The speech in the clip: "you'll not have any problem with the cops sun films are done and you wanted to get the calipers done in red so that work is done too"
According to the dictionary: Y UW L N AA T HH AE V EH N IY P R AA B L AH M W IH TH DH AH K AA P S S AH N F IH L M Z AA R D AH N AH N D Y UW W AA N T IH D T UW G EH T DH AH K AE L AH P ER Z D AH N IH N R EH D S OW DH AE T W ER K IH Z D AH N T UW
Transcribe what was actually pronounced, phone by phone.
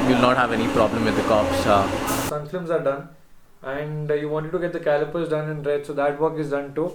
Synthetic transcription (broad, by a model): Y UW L N AA T HH AE V EH N IY P R AA B L AH M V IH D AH K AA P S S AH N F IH M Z AA R D AH N AH N D Y UW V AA N T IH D T UW G EH T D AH K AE L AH P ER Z D AH N IH N R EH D S OW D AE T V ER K IH Z D AH N T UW